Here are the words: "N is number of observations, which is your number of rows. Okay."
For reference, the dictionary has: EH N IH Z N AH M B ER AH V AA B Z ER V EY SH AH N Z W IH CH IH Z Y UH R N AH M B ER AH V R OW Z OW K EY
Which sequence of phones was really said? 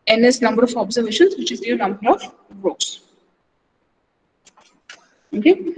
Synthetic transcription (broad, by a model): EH N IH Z N AH M B ER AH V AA B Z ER V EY SH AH N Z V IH CH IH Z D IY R N AH M B ER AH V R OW S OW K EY